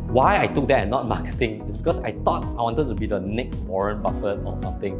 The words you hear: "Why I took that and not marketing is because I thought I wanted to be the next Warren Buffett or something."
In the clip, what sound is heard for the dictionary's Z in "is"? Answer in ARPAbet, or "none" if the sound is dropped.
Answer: S